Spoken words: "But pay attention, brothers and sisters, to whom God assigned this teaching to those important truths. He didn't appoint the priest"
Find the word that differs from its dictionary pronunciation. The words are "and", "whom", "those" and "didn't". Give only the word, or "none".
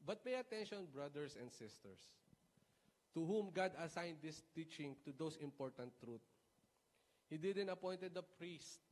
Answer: those